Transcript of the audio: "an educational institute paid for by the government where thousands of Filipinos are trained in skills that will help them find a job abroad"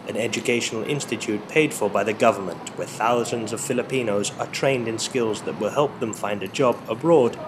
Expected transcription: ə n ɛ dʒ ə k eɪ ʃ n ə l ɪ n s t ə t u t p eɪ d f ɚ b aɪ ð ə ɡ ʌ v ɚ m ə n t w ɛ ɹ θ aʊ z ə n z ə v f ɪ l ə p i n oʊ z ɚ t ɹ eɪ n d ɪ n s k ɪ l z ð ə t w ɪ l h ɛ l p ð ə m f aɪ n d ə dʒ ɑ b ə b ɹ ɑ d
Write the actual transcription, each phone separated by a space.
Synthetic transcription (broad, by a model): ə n ɛ dʒ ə k eɪ ʃ n l ɪ n s t ə t u t p eɪ d f ɚ b aɪ ð ə ɡ ʌ v ɚ m ə n t w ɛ ɹ θ aʊ z ə n z ə v f ɪ l ə p i n oʊ z ɚ t ɹ eɪ n d ɪ n s k ɪ l z ð ə t w ɪ l h ɛ l p ð ə m f aɪ n d ə dʒ ɑ b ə b ɹ ɑ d